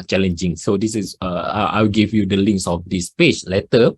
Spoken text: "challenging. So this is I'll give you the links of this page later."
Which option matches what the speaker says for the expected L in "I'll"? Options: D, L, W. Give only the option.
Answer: W